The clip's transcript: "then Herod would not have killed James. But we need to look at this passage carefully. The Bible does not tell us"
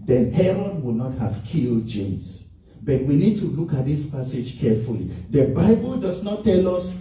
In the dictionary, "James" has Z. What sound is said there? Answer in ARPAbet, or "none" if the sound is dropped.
S